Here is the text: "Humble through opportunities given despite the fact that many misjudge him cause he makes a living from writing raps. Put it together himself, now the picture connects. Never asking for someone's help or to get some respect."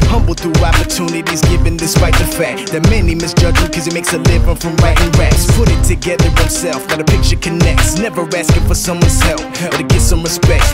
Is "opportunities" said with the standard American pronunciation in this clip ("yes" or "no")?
yes